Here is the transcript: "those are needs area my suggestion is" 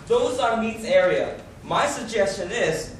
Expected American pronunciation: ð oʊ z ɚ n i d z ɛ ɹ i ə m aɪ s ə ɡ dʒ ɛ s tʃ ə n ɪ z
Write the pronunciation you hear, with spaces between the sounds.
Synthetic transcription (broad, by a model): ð oʊ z ɚ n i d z ɛ ɹ i ə m aɪ s ə ɡ dʒ ɛ s tʃ ə n ɪ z